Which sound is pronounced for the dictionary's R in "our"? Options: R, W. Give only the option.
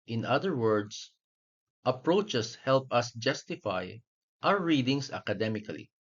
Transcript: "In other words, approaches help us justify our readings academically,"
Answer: W